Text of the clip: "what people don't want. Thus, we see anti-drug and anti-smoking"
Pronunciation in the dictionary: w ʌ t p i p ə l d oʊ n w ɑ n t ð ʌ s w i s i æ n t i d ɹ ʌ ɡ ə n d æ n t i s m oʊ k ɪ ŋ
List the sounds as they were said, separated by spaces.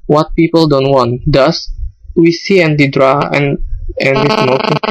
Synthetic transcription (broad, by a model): w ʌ t p i p ə l d oʊ n w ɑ n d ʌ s w i s i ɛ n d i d ɹ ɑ ə n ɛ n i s m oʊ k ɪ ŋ